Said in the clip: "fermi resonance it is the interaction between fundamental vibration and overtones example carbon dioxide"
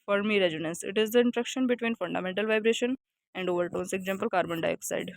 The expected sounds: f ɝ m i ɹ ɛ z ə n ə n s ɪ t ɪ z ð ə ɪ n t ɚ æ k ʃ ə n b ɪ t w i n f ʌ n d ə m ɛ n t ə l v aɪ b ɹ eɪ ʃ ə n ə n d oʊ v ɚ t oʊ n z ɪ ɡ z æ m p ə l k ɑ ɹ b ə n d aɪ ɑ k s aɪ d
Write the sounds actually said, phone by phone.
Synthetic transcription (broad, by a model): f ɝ m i ɹ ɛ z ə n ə n s ɪ t ɪ z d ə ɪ n t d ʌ k ʃ ə n b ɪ t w i n f ʌ n d ə m ɛ n t ə l v aɪ b ɹ eɪ ʃ ə n ə n d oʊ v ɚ t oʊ n s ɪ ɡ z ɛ m p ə l k ɑ ɹ b ə n d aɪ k s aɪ d